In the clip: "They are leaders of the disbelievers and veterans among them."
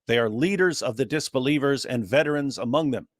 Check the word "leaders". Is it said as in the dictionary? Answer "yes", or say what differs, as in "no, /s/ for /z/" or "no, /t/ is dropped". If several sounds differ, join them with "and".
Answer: yes